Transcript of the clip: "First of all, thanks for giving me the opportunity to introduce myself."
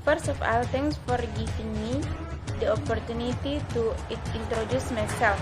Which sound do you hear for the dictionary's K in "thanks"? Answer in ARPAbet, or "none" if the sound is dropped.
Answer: none